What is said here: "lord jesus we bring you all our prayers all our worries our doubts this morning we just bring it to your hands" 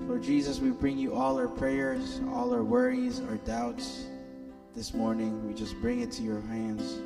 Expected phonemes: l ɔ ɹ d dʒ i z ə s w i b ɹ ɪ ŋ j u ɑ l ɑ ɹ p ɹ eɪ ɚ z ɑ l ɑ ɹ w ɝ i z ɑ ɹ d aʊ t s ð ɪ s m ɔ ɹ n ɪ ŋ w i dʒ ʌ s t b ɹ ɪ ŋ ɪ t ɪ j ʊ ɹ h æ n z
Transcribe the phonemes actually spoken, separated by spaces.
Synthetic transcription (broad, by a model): l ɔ ɹ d dʒ i z ə s w i b ɹ ɪ ŋ j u ɑ l ɑ ɹ p ɹ eɪ ɚ z ɑ l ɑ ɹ w ɝ i z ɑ ɹ d aʊ t s ð ɪ s m ɔ ɹ n ɪ ŋ w i dʒ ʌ s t b ɹ ɪ ŋ ɪ t ɪ j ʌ ɹ h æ n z